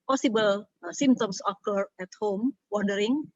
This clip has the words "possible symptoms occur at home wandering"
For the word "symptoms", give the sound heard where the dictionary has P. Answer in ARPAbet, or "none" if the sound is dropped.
none